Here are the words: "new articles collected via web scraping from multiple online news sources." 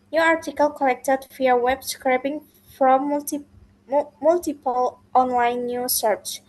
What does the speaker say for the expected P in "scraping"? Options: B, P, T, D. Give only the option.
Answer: B